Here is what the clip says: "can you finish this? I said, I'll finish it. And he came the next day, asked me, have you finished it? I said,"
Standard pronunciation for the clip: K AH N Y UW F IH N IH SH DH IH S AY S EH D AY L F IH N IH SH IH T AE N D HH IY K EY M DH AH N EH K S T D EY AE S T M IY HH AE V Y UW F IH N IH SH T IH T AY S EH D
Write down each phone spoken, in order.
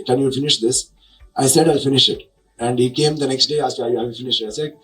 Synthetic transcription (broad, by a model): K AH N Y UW F IH N IH SH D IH S AY S EH D AY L F IH N IH SH IH T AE N D HH IY K EY M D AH N EH K S T D EY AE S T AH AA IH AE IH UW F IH N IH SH IH T AY S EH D